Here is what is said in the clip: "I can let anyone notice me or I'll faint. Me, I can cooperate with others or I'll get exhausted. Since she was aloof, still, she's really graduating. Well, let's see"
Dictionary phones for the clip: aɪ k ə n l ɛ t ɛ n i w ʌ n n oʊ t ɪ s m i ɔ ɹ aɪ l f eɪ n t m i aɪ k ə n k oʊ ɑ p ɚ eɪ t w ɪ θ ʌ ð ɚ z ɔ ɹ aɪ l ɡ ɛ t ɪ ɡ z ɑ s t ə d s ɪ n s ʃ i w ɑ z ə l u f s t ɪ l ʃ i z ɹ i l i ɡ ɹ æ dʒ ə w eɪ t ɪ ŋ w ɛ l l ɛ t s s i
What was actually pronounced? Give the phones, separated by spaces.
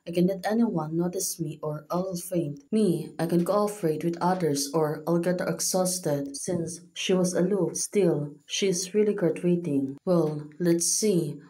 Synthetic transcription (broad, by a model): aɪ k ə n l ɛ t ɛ n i w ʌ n n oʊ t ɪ s m i ɔ ɹ aɪ l f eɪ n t m i aɪ k ə n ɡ oʊ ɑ f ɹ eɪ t w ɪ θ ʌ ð ɚ s ɔ ɹ aɪ l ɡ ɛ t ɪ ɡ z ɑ s t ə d s ɪ n s ʃ i w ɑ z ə l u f s t ɪ l ʃ i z ɹ i l i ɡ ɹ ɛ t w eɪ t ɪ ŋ w ɛ l l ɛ t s s i